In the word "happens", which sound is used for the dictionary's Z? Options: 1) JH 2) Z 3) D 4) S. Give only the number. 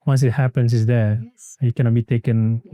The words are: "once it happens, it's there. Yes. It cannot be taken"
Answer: 4